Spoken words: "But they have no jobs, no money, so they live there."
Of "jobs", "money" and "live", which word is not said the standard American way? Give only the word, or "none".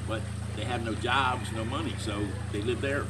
none